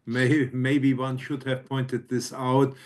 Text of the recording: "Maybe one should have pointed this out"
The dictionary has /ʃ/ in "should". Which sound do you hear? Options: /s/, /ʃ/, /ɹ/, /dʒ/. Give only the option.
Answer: /ʃ/